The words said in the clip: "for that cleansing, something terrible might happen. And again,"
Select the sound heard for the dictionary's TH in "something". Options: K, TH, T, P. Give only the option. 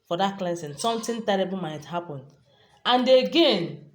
T